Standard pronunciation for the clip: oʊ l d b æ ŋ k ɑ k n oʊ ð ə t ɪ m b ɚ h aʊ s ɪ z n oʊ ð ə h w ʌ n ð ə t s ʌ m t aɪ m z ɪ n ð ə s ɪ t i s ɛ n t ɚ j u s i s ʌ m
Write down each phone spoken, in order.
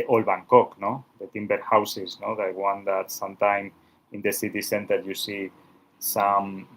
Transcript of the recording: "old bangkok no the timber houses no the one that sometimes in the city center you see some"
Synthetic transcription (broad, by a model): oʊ l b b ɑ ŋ k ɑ k n oʊ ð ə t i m b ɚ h aʊ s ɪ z n oʊ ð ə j w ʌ n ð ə t s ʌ m t aɪ m ɪ n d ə s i t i s ɛ n t ɚ j u s i s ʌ m